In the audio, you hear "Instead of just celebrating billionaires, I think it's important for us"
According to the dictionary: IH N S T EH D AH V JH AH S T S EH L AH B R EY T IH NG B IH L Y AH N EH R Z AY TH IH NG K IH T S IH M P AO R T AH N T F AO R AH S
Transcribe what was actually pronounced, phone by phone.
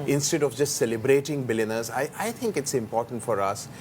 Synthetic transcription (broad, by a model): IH N S T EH D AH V JH AH S T S EH L AH B R EY T IH NG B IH L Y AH N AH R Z AY T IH NG K IH T S IH M P AO R T AH N T F AO R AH S